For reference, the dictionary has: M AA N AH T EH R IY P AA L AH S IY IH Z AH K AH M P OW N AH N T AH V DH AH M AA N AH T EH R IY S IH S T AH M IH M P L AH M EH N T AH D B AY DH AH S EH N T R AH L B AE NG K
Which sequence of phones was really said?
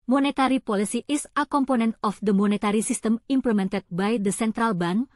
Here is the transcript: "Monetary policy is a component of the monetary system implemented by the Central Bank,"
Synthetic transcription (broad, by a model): M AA N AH T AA R IY P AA L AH S IY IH S AH K AH M P OW N AH N T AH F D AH M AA N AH T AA R IY S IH S T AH M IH M P L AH M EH N T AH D B AY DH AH S EH N T R AH L B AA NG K